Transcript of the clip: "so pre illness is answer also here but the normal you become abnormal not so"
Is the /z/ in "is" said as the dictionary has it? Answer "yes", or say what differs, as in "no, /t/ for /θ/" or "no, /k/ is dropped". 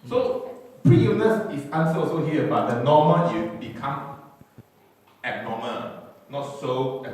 no, /s/ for /z/